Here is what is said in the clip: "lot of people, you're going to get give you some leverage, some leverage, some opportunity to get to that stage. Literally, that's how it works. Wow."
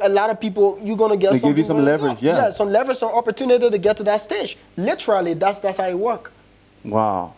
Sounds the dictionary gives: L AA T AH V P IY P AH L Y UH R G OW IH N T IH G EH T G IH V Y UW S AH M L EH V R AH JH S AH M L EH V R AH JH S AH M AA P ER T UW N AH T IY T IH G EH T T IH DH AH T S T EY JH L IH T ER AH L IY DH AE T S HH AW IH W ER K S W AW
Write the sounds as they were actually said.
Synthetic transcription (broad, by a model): L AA T AH V P IY P L Y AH G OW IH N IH G EH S G IH V Y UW S AH M L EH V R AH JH S AH M L EH V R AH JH S AH M AA P ER T UW N AH T IY T IH G EH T T IH DH AH T S T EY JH L IH T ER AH L IY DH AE T S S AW IH W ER K W AW